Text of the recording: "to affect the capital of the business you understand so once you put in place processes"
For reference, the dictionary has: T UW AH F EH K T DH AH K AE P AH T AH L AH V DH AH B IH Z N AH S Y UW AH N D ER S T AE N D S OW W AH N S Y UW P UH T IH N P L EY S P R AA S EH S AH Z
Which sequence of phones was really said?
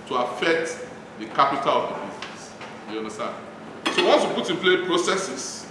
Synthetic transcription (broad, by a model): T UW AH F EH K T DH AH K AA P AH T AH L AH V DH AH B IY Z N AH S Y UW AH N D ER S T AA N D S OW W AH N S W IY P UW T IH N P L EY P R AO S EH S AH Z